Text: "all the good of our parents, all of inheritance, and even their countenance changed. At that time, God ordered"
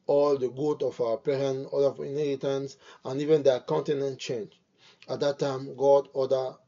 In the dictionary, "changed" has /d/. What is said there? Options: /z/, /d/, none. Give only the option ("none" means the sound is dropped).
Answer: none